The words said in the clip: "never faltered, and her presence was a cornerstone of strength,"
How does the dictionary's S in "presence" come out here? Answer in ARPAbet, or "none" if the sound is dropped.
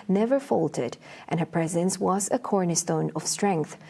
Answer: S